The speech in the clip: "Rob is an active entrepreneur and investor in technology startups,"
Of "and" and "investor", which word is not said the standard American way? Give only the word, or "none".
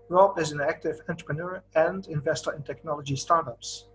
none